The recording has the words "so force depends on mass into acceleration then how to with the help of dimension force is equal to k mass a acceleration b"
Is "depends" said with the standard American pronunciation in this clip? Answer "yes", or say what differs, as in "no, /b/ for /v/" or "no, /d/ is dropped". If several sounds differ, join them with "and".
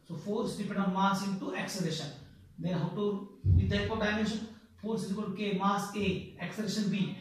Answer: no, /z/ is dropped